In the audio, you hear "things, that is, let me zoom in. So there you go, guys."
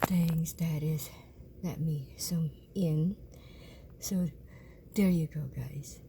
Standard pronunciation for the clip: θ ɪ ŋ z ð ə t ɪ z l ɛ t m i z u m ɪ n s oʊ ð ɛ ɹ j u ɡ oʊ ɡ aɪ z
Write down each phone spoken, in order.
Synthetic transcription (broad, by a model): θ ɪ ŋ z ð ə t ɪ z l ɛ t m i s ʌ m ɪ n s oʊ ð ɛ ɹ j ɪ ɡ oʊ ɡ aɪ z